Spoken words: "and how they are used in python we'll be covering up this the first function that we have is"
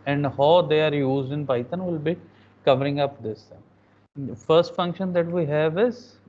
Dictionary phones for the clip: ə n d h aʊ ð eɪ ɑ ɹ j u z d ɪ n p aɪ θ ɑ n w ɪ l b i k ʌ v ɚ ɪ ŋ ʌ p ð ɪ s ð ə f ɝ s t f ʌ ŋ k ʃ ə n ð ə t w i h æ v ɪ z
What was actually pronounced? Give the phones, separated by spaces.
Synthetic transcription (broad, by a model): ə n d h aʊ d eɪ ɑ ɹ j u z d ɪ n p aɪ t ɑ n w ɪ l b i k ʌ v ɚ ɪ ŋ ʌ p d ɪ s f ɝ s t f ʌ ŋ k ʃ ə n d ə t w i h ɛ v ɪ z